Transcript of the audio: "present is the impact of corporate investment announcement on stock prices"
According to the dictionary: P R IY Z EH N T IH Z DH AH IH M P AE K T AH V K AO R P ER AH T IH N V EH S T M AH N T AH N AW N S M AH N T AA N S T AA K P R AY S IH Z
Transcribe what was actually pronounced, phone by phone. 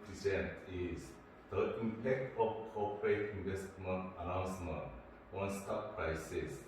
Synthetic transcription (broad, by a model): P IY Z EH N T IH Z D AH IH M P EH K T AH F K AO P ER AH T IH N V EH S T M AH N T AH N AW N S M AH N T AA N S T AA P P R AY S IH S